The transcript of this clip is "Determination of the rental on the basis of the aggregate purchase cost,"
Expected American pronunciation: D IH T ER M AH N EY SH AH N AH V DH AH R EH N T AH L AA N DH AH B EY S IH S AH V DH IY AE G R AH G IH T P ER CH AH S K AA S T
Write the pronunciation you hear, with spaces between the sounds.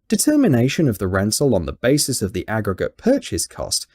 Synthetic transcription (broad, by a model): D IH T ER M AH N EY SH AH N AH V DH AH R EH N S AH L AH N DH AH B EY S IH S AH V DH IY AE G R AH G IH T P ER CH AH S K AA S T